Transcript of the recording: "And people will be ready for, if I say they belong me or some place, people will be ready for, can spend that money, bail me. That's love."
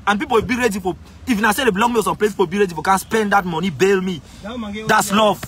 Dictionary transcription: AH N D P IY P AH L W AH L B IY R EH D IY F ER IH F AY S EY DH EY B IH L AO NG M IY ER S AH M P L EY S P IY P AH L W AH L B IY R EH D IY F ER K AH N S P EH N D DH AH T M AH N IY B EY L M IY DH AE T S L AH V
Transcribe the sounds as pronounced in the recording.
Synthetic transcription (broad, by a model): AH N P IY P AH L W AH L B IY R EH D IY F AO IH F AY S EY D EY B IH L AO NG M IY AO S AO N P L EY P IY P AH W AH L B IY R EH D IY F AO K AH N S P EH N D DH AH T M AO N IY B EY L M IY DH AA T S L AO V